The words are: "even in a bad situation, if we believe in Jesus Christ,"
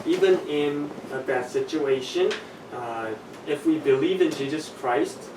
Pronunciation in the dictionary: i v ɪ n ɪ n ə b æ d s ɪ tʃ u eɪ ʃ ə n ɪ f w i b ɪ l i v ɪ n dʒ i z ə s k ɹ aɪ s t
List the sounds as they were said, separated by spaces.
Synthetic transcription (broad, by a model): i v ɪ n ɪ n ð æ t s ɪ tʃ u eɪ ʃ ə n ɪ f w i b ɪ l i v ɪ n dʒ i z ə s k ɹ aɪ s t